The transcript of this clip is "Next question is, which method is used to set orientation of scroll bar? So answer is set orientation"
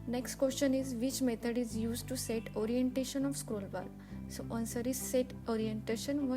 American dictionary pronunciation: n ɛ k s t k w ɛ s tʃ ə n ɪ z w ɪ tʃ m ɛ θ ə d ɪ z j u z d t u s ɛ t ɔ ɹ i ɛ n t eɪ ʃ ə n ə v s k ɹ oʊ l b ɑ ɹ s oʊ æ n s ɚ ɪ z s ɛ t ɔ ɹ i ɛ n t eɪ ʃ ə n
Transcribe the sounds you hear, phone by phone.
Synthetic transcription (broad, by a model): n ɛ k s t k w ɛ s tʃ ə n ɪ z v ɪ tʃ m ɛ t ə d ɪ z j u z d t u s ɛ t ɔ ɹ i ɛ n t eɪ ʃ ə n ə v s k ɹ oʊ l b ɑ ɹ s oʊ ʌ n s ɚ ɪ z s ɛ t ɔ ɹ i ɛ n t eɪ ʃ ə n